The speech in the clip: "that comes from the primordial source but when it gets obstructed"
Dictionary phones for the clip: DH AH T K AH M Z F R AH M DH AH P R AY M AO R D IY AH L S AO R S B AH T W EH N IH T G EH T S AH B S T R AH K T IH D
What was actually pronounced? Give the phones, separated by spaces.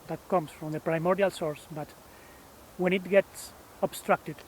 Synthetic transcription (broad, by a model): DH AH T K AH M S F R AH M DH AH P R AY M AO R D IY AH L S AO R S B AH T W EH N IH T G EH T S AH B S T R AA K T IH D